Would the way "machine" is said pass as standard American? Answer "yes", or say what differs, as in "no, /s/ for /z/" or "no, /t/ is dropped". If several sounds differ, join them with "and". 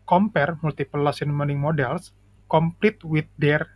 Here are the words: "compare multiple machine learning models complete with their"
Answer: no, /s/ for /ʃ/